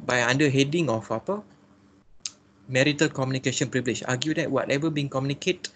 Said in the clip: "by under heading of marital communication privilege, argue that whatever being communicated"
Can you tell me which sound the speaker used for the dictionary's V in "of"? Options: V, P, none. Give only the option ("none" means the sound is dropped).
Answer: P